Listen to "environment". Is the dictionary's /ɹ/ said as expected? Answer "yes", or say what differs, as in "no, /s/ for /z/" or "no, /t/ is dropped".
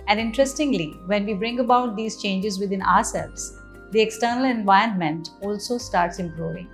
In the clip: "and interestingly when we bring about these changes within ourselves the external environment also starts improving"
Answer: no, /ɹ/ is dropped